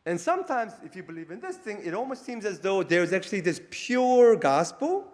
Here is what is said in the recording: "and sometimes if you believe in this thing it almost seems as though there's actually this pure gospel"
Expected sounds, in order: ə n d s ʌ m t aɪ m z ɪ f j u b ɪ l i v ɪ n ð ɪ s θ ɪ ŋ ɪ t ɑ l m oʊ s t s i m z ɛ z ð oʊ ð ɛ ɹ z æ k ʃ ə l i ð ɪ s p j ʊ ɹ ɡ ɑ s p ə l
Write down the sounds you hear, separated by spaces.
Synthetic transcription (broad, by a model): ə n s ʌ m t aɪ m z ɪ f j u b ɪ l i v ɪ n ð ɪ s θ ɪ ŋ ɪ t ɑ l m oʊ s t s i m z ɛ z ð oʊ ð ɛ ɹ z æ k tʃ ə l i ð ɪ s p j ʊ ɹ ɡ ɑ s p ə l